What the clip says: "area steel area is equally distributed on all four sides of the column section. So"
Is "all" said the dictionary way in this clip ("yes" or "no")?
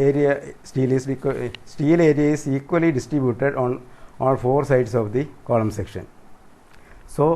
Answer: no